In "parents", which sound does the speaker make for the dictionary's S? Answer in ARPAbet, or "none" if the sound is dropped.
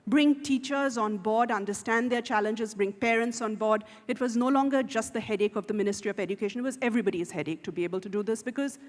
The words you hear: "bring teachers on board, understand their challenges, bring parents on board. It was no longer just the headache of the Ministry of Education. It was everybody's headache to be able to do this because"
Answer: S